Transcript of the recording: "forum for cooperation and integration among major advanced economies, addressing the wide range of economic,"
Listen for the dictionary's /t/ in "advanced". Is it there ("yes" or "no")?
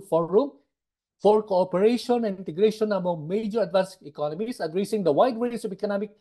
no